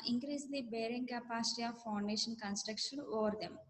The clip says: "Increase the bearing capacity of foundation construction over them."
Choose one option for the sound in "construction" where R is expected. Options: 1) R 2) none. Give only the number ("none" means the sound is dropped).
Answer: 1